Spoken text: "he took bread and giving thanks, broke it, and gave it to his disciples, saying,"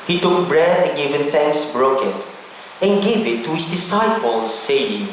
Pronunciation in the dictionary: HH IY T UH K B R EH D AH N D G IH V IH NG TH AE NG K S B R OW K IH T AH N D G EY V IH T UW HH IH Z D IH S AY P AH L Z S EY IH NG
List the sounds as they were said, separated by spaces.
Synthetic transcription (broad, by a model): HH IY T UH K B R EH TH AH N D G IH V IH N TH AE NG K S B R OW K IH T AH N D G EY V IH T UW HH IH S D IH S AY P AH L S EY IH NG